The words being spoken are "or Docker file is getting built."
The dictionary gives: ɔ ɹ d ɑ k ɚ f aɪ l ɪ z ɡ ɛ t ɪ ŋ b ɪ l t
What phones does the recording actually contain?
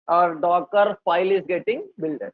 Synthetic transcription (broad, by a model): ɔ ɹ d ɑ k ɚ p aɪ l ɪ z ɡ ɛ t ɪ ŋ b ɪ l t